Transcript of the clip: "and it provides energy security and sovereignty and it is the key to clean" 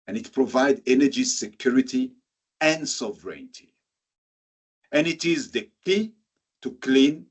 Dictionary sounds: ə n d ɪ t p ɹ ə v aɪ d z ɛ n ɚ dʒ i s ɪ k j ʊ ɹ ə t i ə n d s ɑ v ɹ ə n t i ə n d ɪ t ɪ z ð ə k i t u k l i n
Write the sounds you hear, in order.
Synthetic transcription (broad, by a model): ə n ɪ t p ɹ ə v aɪ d ɛ n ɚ dʒ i s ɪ k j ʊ ɹ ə t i ə n d s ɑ v ɹ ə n t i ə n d ɪ t ɪ z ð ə k i t u k l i n